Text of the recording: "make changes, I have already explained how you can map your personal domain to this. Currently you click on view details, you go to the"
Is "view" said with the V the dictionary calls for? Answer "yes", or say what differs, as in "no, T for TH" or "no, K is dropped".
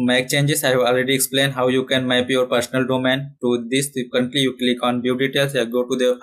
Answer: no, B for V